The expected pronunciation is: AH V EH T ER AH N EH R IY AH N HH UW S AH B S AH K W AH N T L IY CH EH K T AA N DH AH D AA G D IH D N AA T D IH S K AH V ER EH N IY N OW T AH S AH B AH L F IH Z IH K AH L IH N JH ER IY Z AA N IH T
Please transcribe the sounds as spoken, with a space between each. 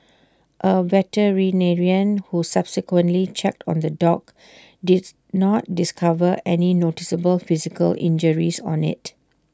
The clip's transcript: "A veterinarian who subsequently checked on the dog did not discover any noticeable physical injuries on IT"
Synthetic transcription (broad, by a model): AH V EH T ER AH N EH R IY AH N HH UW S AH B S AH K W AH N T L IY CH EH K T AA N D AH D AA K D IH D N AA T D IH S K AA V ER EH N IY N OW T AH S AH B AH L F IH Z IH K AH L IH N JH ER IY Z AA N IH T